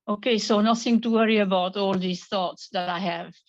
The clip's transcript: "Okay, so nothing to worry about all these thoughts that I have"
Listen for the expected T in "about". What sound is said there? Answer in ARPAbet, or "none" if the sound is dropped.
T